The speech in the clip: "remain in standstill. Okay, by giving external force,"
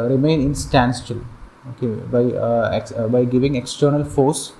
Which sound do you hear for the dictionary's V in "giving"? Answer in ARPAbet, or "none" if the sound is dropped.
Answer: V